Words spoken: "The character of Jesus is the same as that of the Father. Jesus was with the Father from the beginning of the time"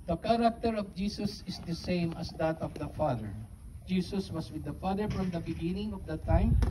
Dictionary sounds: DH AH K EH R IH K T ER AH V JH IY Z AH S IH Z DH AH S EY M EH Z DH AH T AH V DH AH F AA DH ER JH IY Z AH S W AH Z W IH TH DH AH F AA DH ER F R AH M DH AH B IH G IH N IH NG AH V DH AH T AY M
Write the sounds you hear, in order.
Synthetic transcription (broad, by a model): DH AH K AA R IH K T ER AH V JH IY S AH S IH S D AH S EY M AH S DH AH T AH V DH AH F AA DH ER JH IY S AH S W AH S W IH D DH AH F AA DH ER F R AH M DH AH B IH G IH N IH NG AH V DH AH T AY M